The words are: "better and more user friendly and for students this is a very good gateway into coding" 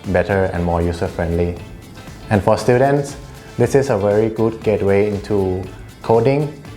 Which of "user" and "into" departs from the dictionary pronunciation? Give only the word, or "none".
user